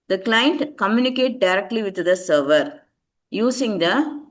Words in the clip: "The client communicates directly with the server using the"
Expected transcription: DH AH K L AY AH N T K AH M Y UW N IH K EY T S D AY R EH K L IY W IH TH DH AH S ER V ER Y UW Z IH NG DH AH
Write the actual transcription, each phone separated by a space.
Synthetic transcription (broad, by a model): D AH K L AY AH N T K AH M Y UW N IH K EY T D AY R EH K L IY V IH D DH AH S ER V ER Y UW S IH NG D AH